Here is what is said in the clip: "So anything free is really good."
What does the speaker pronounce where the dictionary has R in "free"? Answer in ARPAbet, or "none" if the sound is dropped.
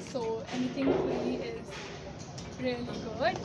L